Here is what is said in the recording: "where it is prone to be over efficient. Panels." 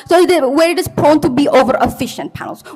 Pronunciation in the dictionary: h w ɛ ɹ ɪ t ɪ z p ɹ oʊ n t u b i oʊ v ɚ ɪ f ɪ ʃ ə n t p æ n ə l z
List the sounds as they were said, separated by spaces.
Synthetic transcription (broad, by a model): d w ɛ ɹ ɪ t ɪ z p ɹ oʊ n t u b i oʊ v ɚ ɪ f ɪ ʃ ə n t p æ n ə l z